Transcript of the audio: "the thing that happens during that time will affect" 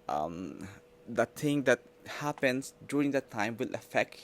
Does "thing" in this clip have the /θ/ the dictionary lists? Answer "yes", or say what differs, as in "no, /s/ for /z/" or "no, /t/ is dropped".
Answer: no, /t/ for /θ/